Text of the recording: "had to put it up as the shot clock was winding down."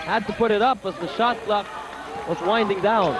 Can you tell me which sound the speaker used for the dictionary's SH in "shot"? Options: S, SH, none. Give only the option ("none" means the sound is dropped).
SH